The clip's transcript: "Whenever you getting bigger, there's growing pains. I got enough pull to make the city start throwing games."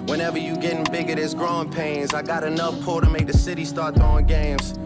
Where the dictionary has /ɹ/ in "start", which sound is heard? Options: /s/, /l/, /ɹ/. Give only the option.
/ɹ/